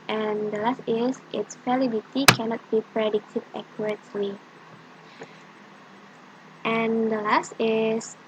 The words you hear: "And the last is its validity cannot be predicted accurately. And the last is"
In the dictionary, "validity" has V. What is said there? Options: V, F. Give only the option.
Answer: F